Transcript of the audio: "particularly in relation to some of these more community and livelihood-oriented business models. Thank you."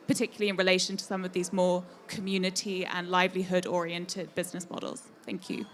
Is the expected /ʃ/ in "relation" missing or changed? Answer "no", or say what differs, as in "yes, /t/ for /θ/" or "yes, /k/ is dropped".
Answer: no